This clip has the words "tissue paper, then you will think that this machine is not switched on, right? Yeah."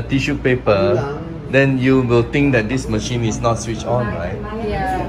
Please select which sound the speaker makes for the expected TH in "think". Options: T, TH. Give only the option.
T